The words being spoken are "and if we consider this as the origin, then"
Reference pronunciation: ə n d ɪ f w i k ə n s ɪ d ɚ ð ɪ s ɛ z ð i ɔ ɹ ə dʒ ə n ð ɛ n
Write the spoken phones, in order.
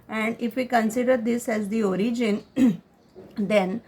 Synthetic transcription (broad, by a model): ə n d ɪ f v i k ə n s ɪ d ɚ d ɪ s ɛ z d i ɔ ɹ ə dʒ ə n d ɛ n